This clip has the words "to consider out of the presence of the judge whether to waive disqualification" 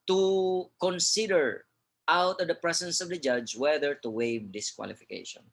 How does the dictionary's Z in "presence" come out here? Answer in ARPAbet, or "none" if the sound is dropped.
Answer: S